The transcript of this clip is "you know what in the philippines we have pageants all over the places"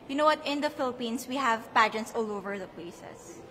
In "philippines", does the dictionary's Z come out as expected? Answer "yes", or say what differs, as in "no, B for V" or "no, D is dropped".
no, S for Z